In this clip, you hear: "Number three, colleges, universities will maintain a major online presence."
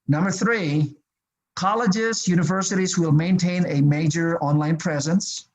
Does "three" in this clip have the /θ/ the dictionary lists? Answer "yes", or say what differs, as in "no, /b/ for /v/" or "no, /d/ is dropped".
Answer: yes